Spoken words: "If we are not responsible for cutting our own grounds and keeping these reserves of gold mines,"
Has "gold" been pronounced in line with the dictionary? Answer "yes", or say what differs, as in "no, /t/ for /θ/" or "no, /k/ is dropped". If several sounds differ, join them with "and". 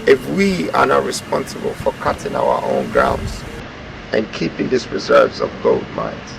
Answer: yes